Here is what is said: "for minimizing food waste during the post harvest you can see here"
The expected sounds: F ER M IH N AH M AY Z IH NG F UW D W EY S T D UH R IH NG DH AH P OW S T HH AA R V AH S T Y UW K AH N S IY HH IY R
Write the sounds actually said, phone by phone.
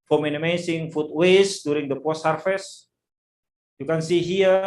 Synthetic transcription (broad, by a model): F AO M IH N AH M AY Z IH NG F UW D W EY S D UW R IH NG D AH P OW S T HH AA R F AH S Y UW K AH N S IY HH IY